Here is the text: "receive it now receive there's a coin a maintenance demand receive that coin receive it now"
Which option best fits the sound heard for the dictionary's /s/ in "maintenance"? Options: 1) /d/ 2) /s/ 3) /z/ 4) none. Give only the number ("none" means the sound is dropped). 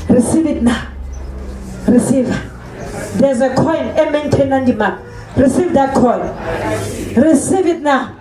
4